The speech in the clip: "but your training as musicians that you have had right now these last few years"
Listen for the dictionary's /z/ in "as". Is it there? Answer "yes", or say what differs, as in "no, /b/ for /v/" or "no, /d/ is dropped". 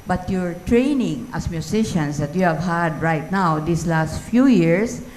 no, /s/ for /z/